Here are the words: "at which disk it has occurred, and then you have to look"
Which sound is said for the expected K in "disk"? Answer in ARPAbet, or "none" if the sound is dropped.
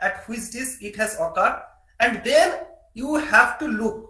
none